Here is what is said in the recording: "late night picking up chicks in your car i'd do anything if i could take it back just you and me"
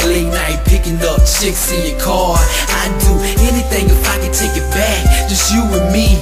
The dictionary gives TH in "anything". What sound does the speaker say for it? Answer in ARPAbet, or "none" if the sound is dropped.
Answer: TH